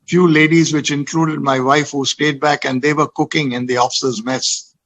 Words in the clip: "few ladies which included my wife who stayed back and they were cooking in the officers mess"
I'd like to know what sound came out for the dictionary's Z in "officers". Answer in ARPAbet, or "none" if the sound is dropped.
Z